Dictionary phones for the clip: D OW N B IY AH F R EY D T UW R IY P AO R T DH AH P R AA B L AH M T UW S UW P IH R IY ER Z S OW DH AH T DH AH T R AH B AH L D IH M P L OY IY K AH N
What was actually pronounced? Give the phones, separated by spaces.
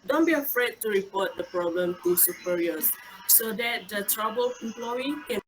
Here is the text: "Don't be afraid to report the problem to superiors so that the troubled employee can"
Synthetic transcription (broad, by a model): D OW N B IY AH F R EY D T UW R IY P AO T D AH P R AA B L AH M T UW S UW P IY R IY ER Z S OW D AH T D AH T R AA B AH L IH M P L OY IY K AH